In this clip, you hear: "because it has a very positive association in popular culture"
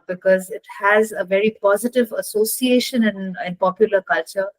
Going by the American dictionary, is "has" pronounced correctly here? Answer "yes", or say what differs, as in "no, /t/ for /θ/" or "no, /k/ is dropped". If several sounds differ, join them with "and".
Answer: yes